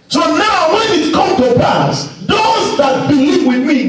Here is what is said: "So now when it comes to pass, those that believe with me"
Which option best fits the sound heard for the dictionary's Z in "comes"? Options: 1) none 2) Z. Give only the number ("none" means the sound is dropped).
1